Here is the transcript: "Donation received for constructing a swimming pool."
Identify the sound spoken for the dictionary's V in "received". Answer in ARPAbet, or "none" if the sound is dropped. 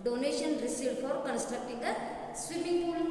none